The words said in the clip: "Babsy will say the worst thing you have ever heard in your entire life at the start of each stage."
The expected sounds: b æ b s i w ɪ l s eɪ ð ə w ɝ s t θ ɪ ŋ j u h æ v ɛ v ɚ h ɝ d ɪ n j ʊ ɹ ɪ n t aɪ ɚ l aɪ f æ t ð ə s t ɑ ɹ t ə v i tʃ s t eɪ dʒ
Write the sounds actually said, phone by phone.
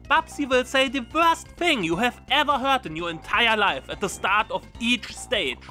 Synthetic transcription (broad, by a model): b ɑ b s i w ɪ l s eɪ ð ə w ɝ s t θ ɪ ŋ j u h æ v ɛ v ɚ h ɝ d ɪ n j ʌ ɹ ɪ n t aɪ ɚ l aɪ f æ t ð ə s t ɑ ɹ t ə v i tʃ s t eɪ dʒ